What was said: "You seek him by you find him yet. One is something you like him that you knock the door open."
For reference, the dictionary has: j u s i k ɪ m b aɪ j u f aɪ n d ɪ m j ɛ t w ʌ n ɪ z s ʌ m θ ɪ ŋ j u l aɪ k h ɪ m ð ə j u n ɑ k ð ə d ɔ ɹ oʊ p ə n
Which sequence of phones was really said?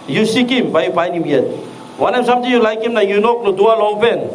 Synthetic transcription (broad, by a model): j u s i k ɪ m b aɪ j u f aɪ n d ɪ m j ɛ t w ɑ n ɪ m s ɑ m t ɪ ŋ j u l aɪ k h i m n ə j u n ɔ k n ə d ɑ l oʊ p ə n